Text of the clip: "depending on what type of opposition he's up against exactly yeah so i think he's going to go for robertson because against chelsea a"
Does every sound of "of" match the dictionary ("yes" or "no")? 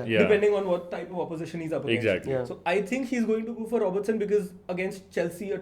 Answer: yes